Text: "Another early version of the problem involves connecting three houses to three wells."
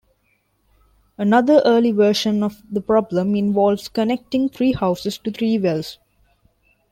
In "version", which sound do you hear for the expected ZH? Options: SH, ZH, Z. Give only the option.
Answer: SH